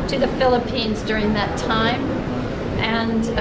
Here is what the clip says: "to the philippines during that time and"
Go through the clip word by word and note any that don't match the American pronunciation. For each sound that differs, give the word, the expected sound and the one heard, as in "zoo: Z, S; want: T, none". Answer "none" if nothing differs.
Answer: none